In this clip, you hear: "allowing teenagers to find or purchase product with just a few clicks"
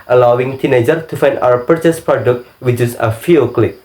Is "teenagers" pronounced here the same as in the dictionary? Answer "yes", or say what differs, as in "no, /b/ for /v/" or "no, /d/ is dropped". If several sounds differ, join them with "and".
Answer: no, /z/ is dropped